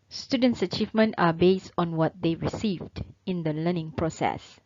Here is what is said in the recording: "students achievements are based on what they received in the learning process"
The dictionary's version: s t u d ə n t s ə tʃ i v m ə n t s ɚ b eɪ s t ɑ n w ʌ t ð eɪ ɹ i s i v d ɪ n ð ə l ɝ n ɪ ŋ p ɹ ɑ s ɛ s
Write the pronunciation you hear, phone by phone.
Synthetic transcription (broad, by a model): s t u d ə n t s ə tʃ i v m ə n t ɑ b eɪ s t ɑ n w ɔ t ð eɪ ɹ i s i v d ɪ n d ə l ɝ n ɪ ŋ p ɹ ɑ s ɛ s